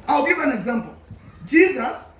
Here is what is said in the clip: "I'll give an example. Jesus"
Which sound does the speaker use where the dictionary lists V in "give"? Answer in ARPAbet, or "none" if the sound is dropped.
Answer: V